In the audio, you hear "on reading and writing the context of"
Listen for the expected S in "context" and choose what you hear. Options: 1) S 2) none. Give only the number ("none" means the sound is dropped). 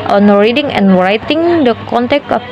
2